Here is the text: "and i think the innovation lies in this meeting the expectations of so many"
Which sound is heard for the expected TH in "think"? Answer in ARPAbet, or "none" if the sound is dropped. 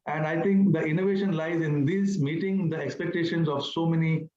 T